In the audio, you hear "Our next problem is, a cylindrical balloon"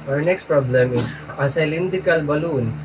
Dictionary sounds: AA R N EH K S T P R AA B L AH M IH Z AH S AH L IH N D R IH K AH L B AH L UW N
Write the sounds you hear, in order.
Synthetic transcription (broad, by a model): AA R N EH K S T P R AA B L AH M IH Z AH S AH L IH N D IH K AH L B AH L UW N